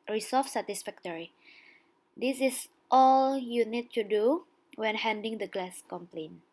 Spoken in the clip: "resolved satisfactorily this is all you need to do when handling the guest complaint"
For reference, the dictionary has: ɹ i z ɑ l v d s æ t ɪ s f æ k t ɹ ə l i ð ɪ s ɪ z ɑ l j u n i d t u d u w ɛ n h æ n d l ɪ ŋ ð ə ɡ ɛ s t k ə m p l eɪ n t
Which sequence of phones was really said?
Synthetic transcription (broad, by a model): ɹ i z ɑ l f s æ t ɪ s f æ k t ɹ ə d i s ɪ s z ɑ l j u n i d t u d u w ɛ n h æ n d ɪ ŋ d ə ɡ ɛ s k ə m p l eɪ n